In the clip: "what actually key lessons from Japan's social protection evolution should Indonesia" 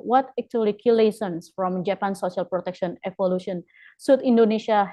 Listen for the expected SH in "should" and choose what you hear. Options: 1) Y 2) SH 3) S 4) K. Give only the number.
3